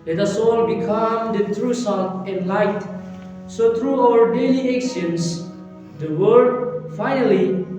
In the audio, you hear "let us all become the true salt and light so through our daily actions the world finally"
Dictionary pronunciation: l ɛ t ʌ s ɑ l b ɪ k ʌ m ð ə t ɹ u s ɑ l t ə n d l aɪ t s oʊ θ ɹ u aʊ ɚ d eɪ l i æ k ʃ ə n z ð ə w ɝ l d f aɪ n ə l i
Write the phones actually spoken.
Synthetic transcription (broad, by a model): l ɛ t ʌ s ɑ l b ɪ k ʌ m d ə t ɹ u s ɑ t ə n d l aɪ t s oʊ t ɹ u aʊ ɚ d eɪ l i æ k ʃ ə n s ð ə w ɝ d f aɪ n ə l i